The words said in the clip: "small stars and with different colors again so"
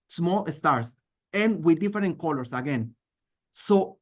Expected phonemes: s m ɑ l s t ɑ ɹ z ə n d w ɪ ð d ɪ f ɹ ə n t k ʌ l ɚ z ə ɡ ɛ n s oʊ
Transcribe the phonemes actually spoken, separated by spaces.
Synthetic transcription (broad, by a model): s m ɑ l s t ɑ ɹ s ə n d w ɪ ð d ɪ f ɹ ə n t k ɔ l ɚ s ə ɡ ɛ n s oʊ